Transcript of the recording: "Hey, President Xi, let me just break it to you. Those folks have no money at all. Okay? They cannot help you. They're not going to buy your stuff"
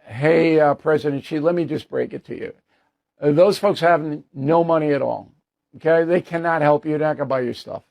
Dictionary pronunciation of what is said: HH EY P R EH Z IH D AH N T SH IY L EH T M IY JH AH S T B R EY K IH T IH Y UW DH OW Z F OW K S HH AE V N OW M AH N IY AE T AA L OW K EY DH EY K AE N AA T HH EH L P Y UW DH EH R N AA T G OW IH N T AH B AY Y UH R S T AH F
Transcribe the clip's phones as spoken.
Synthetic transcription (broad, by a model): HH EY P R EH Z IH D AH N T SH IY L EH T M IY JH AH S B R EY K IH T IH Y UW DH OW Z F OW K S HH AE V N OW M AH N IY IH T AA L OW K EY DH EY K AE N AA T HH EH L P Y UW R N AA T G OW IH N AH B AY Y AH R S T AH F